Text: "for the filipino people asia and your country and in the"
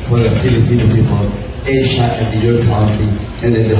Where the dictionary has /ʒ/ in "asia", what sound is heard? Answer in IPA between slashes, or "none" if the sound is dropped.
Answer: /ʃ/